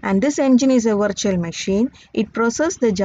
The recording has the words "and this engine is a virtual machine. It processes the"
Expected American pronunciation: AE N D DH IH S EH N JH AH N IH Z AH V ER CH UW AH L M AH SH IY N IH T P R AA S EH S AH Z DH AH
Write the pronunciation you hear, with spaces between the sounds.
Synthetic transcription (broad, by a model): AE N D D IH S EH N JH AH N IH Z AH V ER CH UW AH L M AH SH IY N IH T P R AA S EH S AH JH